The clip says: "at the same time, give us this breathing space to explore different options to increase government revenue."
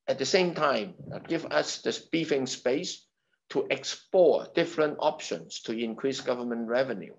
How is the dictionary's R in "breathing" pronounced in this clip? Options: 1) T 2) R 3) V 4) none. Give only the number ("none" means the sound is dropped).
4